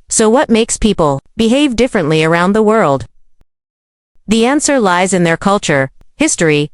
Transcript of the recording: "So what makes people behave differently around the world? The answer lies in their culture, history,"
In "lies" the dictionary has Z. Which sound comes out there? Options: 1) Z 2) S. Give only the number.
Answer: 1